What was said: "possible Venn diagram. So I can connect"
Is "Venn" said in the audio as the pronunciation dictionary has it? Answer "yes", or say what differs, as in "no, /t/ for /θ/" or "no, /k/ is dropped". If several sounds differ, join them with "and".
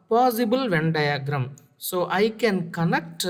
yes